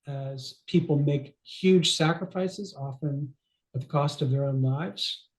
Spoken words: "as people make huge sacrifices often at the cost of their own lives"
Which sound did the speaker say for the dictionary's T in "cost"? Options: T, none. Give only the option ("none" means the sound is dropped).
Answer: T